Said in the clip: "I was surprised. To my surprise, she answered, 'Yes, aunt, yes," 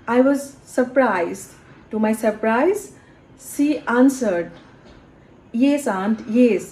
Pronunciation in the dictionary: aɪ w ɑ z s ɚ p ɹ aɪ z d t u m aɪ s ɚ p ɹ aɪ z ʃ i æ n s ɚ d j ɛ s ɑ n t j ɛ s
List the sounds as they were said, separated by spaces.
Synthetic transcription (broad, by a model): aɪ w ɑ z s ɚ p ɹ aɪ z d t u m aɪ s ɚ p ɹ aɪ z s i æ n s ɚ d j ɛ s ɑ n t j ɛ s